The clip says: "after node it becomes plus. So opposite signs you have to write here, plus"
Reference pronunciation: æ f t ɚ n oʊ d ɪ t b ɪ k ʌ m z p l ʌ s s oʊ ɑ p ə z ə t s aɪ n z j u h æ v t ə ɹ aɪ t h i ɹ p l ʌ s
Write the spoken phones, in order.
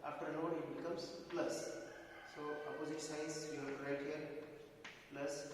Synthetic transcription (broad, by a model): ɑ f t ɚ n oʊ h ɪ t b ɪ k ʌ m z p l ʌ s s oʊ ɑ p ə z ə t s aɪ z j u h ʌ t ɹ aɪ t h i ɹ p l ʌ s